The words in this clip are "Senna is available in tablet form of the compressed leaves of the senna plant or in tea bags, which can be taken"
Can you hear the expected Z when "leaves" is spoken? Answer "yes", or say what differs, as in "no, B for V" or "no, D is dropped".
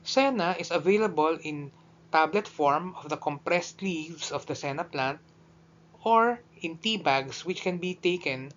no, S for Z